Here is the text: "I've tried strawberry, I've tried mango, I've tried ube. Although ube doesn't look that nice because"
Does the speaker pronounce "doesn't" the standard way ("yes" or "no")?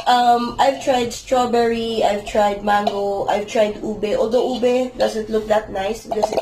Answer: no